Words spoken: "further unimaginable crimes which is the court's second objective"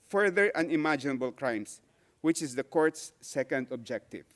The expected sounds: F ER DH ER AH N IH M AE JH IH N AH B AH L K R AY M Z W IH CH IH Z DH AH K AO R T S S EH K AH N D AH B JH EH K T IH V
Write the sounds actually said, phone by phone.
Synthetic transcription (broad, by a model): F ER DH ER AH N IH M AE JH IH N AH B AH L K R AY M S W IH CH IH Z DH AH K AO R T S S EH K AH N D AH B JH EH K T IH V